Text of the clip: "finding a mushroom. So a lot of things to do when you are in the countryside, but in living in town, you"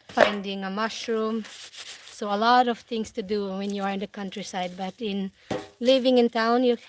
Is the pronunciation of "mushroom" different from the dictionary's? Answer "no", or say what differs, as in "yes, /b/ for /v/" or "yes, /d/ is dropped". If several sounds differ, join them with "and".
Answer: no